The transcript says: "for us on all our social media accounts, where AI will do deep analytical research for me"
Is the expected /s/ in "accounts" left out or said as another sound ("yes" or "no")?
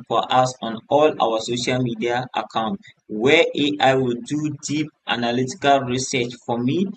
yes